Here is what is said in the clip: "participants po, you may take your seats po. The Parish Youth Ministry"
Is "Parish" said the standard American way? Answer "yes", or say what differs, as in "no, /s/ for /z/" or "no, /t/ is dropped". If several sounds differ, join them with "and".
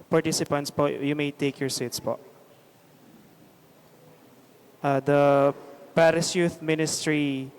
no, /s/ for /ʃ/